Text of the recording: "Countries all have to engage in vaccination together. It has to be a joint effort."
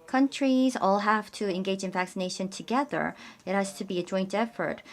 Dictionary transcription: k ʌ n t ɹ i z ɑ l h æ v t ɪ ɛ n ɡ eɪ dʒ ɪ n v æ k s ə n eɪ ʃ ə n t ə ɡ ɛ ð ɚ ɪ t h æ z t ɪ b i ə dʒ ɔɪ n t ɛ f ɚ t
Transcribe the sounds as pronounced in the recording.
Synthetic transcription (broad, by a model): k ʌ n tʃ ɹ i z ɑ l h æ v t ɪ ɛ n ɡ eɪ dʒ ɪ n v æ k s ə n eɪ ʃ ə n t ə ɡ ɛ ð ɚ ɪ t h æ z t ɪ b i ə dʒ ɔɪ n t ɛ f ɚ t